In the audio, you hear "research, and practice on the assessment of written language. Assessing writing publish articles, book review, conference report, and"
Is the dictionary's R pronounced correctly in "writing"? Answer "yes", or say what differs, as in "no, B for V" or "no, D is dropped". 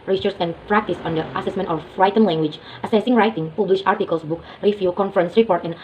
yes